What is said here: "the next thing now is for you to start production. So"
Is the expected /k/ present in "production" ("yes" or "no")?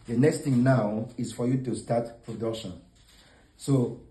no